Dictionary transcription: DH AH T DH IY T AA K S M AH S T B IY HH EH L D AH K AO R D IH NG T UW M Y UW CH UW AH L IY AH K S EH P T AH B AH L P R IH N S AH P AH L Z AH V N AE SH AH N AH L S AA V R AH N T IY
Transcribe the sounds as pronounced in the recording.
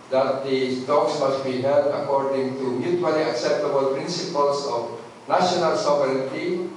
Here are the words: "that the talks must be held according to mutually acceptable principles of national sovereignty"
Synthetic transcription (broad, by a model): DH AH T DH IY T AA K S M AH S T B IY HH EH L D AH K AO R D IH NG T UW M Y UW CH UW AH L IY AH K S EH P T AH B AH L P R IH N S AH P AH L S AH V N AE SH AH N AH L S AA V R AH N T IY